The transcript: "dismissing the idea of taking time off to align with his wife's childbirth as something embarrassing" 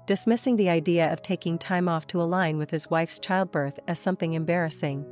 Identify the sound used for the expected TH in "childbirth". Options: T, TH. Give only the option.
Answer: TH